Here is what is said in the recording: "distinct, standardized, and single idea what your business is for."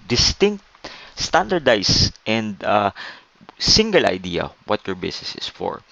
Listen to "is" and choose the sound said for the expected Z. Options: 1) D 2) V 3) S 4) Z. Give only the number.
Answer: 3